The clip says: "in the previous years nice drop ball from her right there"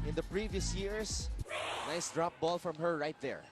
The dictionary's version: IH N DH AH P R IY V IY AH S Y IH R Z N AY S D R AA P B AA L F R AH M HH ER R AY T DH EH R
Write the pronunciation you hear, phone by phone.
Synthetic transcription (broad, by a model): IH N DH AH P R IY V IY AH S Y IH R S N AY S D R AA P B AA L F R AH M HH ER R AY T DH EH R